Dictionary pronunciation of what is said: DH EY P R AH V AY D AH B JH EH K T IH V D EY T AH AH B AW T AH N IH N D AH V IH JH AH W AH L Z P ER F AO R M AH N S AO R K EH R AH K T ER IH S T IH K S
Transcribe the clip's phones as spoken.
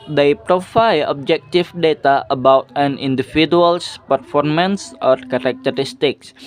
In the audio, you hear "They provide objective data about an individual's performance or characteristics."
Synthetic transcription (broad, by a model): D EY P R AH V AY AH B JH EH K T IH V D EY T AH AH B AW T AH N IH N D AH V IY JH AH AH L S P ER F AO R M AH N S AO R K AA R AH K T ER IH S T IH K S